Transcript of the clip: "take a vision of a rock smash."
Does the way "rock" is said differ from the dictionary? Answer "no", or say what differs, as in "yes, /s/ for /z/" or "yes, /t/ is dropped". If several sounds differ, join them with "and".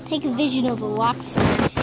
yes, /w/ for /ɹ/